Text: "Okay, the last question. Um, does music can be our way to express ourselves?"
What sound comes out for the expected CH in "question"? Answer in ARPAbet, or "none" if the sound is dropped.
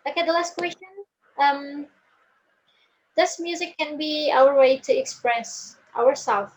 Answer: CH